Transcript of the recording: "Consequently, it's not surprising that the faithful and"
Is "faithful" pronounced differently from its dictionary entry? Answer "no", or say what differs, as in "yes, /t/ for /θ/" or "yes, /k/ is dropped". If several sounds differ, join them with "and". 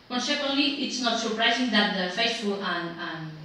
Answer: yes, /s/ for /θ/